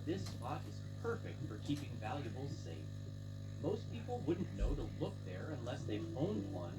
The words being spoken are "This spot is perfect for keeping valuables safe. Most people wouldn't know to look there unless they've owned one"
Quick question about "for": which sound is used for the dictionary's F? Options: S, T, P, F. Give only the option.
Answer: F